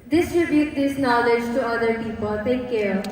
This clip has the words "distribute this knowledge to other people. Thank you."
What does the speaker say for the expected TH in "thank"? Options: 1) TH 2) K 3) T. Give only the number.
3